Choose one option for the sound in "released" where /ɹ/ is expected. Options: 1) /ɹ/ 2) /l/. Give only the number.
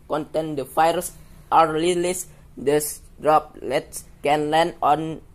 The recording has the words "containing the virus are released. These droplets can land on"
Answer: 2